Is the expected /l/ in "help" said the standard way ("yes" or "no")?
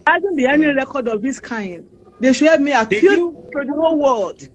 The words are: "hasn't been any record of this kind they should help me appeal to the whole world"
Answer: no